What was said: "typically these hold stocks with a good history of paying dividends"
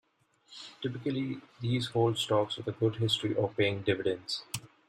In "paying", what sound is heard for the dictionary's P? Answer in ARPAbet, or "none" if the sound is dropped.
P